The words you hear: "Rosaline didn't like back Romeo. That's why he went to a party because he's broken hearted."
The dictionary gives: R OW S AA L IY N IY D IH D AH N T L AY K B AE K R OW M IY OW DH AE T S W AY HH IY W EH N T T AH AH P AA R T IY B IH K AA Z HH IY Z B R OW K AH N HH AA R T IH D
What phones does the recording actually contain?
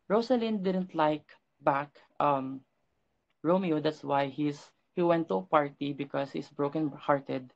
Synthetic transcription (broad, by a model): R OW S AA L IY N D IH D AH N T L AY K B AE K R OW M IY OW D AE T S W AY HH IY W EH N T T AH AH P AA R T IY B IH K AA S HH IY S B R OW K AH N HH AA R T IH D